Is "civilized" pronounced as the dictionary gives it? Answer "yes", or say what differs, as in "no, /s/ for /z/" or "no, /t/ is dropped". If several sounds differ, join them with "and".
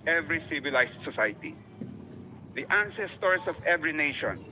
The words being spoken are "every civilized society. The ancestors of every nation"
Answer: no, /s/ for /z/